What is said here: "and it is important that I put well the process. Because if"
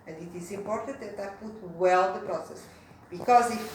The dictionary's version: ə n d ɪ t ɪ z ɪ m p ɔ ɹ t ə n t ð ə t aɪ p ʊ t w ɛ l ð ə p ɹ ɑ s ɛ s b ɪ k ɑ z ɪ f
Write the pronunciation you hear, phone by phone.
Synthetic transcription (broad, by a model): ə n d ɪ t ɪ z ɪ m p ɔ ɹ t ə n t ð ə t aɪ p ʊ t w ɛ l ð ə p ɹ ɑ s ɛ s b ɪ k ɑ z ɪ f